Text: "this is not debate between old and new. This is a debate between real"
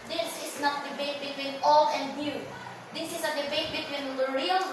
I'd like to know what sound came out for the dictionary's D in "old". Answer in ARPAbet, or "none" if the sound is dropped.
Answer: none